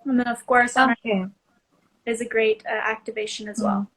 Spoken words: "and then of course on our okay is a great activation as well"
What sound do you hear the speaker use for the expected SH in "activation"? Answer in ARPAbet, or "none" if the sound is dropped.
SH